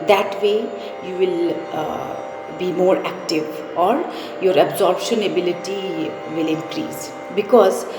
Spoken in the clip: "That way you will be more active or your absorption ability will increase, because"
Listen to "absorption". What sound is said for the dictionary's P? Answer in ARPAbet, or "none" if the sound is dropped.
B